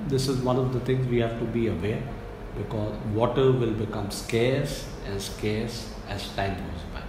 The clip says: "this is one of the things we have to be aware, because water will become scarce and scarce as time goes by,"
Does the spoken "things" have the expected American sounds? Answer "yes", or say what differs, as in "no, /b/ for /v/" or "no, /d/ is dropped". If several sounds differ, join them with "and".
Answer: no, /t/ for /θ/